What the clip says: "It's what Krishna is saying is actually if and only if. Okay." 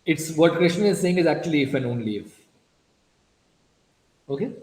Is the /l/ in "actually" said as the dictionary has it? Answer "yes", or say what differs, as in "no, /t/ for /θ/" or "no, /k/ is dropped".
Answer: yes